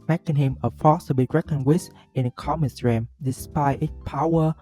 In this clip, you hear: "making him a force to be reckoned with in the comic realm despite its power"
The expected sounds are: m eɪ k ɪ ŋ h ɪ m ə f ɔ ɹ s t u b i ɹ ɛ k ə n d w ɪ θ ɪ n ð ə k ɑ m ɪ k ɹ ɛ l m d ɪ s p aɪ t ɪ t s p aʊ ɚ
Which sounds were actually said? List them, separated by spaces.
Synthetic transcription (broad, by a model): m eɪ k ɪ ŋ h ɪ m ə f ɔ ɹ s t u b i ɹ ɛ k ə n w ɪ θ ɪ n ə k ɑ m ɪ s ɹ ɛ m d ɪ s p aɪ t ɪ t p aʊ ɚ